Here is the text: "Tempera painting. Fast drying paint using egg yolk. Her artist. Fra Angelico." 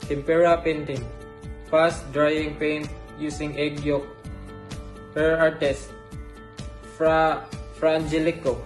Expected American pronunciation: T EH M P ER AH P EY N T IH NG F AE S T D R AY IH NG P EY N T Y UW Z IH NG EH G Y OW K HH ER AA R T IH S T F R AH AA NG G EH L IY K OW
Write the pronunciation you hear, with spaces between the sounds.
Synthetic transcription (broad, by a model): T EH M P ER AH P EY N T IH NG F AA S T D R AY IH NG P EY N T Y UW S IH NG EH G Y OW K HH ER AA R T IH S T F R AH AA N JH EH L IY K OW